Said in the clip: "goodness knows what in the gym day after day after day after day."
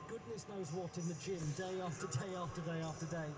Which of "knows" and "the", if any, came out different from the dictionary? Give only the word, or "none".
none